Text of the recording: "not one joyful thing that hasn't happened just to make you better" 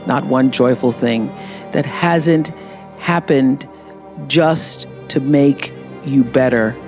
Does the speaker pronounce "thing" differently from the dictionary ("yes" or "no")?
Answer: no